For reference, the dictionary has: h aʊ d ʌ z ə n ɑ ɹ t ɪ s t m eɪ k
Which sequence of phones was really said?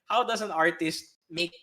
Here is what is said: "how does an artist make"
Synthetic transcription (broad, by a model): h aʊ d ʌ s ə n ɑ ɹ t ɪ s t m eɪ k